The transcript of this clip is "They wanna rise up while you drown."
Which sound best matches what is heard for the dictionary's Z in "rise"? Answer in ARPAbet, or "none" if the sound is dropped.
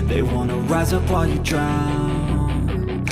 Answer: Z